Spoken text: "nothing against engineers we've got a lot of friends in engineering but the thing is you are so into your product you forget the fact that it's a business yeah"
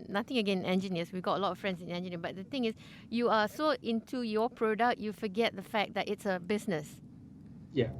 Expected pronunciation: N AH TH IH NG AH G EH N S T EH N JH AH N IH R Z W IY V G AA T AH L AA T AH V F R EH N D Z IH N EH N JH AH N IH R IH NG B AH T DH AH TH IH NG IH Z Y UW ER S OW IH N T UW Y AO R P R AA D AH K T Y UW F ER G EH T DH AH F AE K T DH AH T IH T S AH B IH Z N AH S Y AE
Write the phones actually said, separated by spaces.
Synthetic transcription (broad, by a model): N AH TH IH NG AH G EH N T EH N JH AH N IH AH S W IY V G AA T AH L AA T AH F R EH N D S IH N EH N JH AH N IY IH B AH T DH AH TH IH NG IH S Y UW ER S OW IH N T UW Y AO P R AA D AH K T Y UW F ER G EH T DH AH F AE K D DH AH T IH T S AH B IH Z N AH S Y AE